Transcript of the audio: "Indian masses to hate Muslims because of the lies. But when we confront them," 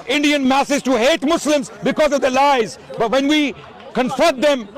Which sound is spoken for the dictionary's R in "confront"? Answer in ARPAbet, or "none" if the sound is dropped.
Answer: none